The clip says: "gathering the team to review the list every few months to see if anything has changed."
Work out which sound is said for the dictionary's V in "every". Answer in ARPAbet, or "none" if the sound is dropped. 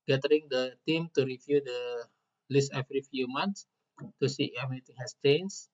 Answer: F